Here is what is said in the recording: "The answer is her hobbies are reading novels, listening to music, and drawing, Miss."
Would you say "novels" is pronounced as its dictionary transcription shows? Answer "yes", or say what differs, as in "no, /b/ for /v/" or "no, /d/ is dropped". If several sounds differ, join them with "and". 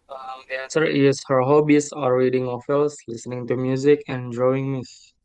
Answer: no, /f/ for /v/ and /s/ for /z/